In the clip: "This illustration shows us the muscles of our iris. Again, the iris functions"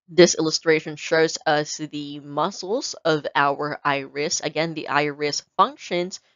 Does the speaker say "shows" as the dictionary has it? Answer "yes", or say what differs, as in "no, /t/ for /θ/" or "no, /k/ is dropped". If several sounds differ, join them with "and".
yes